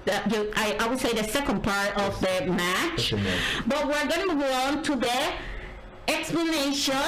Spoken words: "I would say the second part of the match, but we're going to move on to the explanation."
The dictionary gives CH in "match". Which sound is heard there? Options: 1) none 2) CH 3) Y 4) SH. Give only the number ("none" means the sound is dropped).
2